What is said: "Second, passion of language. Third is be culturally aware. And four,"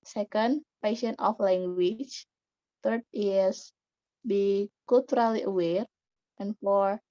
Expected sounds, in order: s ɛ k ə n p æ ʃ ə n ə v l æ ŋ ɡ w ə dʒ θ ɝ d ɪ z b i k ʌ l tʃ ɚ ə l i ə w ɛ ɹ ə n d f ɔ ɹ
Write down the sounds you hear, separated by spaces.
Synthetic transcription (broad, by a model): s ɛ k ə n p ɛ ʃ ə n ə f l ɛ ŋ ɡ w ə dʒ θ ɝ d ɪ s b i k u l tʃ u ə l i ə w ɛ ɹ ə n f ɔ ɹ